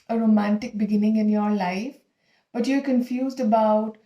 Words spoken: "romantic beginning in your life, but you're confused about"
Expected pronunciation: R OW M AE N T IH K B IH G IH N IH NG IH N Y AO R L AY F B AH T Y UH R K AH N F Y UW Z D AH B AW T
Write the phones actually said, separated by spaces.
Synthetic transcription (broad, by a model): R OW M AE N T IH K B IH G IH N IH NG IH N Y AO R L AY F B AH T Y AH R K AH N F Y UW Z D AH B AW T